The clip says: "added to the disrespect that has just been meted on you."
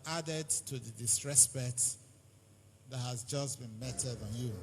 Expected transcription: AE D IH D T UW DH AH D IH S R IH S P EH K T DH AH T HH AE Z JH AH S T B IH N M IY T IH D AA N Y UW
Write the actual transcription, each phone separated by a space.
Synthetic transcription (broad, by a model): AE D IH D T UW DH AH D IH S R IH S B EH T DH AH T HH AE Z JH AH S B IH N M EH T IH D N Y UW